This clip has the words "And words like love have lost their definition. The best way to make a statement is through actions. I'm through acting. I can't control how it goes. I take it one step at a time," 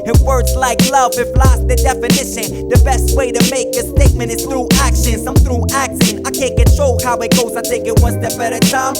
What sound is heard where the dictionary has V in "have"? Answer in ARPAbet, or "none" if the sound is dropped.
F